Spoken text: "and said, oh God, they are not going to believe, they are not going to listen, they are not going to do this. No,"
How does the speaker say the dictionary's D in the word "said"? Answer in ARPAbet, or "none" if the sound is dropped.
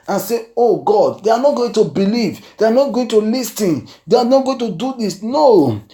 none